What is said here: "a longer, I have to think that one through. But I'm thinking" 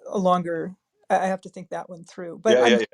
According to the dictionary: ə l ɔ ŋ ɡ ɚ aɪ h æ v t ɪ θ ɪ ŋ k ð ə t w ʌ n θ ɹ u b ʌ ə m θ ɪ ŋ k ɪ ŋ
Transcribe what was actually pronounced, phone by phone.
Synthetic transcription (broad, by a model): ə l ɔ ŋ ɡ ɚ aɪ h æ f t ɪ θ ɪ ŋ k ð ə t w ʌ n θ ɹ u b ʌ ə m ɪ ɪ